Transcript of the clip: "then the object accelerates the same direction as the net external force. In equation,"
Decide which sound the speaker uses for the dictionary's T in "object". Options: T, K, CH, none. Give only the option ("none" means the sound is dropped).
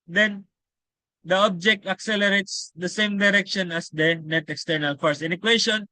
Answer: T